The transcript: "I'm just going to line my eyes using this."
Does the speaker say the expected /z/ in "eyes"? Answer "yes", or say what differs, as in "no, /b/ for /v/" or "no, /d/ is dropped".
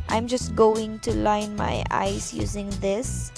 no, /s/ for /z/